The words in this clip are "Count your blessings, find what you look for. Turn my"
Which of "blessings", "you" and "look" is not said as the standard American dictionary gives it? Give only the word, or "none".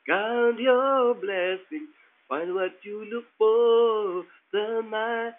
blessings